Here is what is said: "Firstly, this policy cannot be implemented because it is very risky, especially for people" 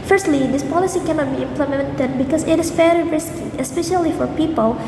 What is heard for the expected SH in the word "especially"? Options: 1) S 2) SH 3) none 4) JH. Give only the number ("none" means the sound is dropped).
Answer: 2